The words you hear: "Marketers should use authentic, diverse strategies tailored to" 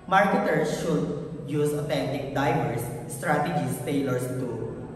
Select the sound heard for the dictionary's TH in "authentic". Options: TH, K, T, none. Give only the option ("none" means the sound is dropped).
T